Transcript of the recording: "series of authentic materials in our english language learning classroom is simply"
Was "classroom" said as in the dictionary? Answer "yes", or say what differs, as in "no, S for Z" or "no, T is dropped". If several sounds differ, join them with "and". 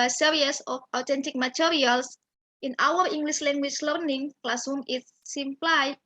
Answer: no, R is dropped